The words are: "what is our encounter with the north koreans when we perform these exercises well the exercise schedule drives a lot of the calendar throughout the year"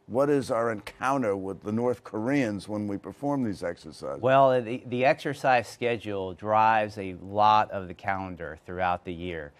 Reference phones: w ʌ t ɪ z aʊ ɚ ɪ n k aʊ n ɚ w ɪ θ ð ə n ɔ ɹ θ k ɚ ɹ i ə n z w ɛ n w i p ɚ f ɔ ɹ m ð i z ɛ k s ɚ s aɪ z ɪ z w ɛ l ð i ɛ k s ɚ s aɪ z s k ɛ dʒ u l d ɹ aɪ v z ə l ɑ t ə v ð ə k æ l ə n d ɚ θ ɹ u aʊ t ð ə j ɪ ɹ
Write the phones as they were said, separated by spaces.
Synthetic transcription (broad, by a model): w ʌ t ɪ z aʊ ɚ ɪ n k aʊ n ɚ w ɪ ð ə n ɔ ɹ θ k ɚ ɹ i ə n z w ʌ n w i p ɚ f ɔ ɹ m ð i z ɛ k s ɚ s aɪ ɪ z w ɛ l ð i ɛ k s ɚ s aɪ z s k ɛ dʒ u l d ɹ aɪ v z ə l ɑ t ə v ð ə k æ l ə n d ɚ θ ɹ u aʊ t ð ə j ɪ ɹ